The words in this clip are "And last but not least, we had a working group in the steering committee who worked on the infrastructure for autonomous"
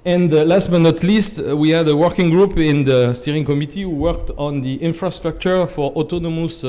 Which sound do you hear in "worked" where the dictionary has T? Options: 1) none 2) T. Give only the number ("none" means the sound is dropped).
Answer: 2